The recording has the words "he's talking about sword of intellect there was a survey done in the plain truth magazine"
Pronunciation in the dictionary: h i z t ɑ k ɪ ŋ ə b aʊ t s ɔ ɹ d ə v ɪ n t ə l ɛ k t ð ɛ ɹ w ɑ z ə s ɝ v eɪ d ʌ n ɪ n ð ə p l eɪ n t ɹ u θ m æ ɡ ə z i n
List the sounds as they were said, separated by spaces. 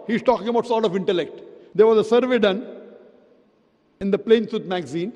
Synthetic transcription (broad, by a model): h i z t ɑ k ɪ ŋ ə b aʊ t s ɔ ɹ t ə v ɪ n t ə l ɛ k t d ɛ ɹ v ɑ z ə s ɝ v eɪ d ʌ n ɪ n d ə p l eɪ n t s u t m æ ɡ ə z i n